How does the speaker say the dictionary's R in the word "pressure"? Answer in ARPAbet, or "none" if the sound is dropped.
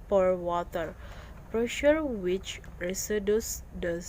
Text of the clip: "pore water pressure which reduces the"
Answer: R